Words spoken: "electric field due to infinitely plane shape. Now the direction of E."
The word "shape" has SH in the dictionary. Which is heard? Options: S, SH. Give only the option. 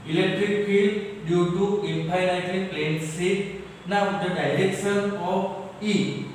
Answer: S